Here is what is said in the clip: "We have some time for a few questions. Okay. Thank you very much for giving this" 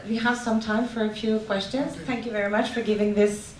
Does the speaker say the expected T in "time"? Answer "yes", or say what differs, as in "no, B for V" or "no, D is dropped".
yes